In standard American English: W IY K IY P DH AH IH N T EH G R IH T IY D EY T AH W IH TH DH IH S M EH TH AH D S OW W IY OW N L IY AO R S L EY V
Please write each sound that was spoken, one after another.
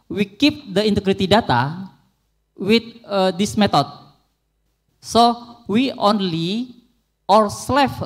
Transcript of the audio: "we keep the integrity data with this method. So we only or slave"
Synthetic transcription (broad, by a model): W IY K IY P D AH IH N T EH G R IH T IY D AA T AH W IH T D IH S M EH T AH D S OW W IY OW N L IY AO R S L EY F